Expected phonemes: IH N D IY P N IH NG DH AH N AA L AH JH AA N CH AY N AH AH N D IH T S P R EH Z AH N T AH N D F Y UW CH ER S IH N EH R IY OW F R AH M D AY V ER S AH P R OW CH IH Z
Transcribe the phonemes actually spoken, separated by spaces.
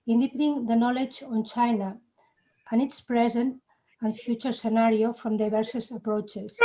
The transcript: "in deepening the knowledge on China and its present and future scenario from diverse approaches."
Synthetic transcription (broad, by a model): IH N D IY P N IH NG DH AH N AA L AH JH AA N CH AY N AH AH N IH T S P R EH Z AH N T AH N F Y UW CH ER S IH N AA R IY OW F R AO M D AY B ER S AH P R OW CH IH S